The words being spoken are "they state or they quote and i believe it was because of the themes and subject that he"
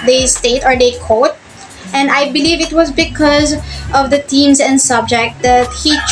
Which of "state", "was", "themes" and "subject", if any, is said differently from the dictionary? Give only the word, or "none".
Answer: themes